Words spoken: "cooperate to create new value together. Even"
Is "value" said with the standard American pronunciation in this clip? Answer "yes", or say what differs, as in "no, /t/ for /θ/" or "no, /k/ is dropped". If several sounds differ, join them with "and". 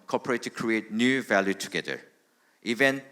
yes